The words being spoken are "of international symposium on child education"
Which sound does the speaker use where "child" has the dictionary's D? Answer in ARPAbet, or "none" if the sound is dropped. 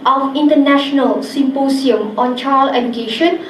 none